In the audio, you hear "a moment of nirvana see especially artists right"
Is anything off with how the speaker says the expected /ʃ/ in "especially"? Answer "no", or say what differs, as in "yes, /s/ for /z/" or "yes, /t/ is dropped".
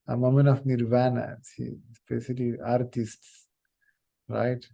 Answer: yes, /s/ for /ʃ/